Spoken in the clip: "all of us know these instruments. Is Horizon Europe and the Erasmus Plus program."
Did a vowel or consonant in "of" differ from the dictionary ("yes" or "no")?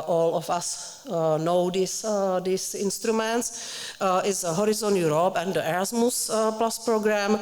yes